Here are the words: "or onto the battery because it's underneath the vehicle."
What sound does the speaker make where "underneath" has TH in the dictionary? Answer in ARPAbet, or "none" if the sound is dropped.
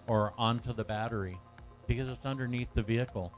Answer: TH